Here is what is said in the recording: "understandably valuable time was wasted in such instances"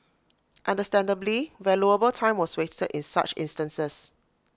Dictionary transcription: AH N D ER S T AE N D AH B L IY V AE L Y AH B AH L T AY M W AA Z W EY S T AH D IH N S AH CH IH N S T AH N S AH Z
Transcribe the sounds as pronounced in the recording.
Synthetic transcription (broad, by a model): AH N D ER S T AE N D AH B L IY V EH L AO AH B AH L T AY M W AA S W EY S T AH D IH N S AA CH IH N S T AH N S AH S